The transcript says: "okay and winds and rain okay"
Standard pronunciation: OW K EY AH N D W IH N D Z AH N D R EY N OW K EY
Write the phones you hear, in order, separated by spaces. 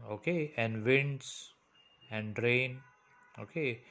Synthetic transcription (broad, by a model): OW K EY AH N D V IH N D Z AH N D R EY N OW K EY